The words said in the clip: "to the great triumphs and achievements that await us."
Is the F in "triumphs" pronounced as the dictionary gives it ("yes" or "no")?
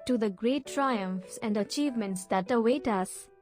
yes